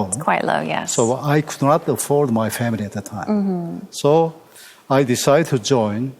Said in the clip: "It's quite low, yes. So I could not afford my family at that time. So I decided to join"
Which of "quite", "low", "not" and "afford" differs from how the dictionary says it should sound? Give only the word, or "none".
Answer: none